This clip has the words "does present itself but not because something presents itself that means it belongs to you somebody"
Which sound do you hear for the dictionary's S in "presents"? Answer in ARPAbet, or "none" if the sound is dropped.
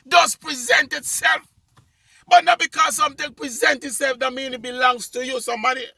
none